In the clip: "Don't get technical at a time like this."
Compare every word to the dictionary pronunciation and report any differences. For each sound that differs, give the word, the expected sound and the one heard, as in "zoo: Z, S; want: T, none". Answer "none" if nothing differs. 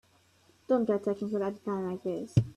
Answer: technical: N, none